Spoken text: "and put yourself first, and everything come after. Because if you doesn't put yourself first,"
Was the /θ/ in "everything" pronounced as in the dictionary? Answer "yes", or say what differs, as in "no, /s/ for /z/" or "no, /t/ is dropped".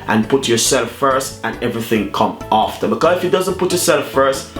yes